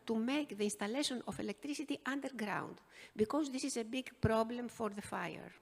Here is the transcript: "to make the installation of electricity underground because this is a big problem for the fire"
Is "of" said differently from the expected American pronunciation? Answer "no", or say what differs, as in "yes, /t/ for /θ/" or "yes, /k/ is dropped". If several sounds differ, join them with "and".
yes, /f/ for /v/